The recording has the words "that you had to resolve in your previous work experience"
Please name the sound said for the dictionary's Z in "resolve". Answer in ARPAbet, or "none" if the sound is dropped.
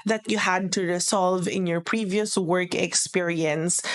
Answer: S